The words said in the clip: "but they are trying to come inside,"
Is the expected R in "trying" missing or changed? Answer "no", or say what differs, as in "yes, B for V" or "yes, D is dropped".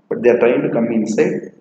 yes, R is dropped